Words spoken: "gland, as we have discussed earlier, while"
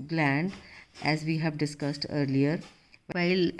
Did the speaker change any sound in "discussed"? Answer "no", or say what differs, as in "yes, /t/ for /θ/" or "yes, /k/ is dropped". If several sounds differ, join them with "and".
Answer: no